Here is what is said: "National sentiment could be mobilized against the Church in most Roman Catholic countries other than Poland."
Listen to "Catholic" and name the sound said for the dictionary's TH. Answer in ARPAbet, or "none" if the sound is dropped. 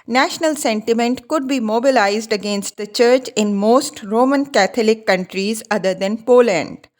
T